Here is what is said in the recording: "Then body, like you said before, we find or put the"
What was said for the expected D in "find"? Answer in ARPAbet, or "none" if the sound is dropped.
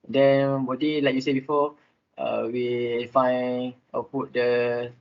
none